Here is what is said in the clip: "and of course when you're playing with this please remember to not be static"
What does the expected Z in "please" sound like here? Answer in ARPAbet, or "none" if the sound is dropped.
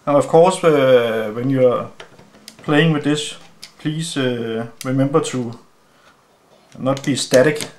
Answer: S